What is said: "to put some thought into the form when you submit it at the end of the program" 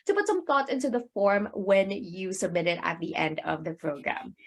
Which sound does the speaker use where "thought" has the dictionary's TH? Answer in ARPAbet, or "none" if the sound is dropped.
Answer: TH